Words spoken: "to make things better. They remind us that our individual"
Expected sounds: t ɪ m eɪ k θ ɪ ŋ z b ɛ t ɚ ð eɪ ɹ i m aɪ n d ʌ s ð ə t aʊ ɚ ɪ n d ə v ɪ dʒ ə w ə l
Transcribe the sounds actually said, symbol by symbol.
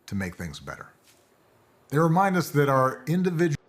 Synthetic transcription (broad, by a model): t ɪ m eɪ k θ ɪ ŋ z b ɛ t ɚ ð eɪ ɹ i m aɪ n d ʌ s ð ə t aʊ ɚ ɪ n d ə v ɪ dʒ